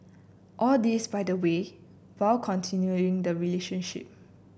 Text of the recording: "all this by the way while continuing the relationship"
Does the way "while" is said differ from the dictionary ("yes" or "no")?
yes